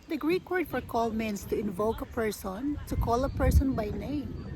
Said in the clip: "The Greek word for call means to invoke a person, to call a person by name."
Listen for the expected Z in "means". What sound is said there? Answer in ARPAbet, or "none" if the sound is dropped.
S